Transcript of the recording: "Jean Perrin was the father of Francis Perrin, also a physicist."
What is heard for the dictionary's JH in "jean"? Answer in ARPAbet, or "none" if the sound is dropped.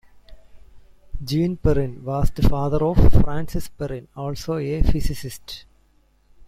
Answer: JH